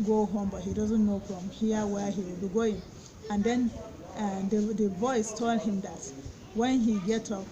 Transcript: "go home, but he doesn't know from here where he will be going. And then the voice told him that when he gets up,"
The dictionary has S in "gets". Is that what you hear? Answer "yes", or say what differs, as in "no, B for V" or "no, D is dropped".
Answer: no, S is dropped